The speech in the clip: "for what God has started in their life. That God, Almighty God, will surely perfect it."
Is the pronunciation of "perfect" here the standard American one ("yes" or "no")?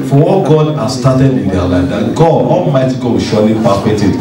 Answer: no